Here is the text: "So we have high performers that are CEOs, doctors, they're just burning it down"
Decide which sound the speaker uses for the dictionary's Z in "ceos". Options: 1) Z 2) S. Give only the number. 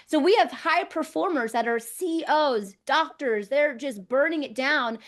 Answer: 1